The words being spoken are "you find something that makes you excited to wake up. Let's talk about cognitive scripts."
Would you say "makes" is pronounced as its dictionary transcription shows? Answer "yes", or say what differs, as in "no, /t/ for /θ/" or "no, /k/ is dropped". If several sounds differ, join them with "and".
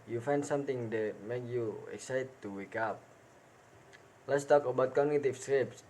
no, /s/ is dropped